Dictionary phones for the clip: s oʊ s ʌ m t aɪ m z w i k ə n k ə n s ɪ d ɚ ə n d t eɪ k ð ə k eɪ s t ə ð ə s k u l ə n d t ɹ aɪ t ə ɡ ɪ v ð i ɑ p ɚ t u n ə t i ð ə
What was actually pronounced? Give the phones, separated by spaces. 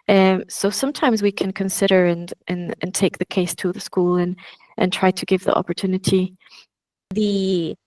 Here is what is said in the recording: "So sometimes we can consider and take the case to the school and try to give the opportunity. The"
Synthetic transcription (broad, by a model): s oʊ s ʌ m t aɪ m z w i k ə n k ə n s ɪ d ɚ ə n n t eɪ k ð ə k eɪ s t ə ð ə s k u l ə n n t ɹ aɪ t ə ɡ ɪ v ð i ɑ p ɚ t u n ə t i ð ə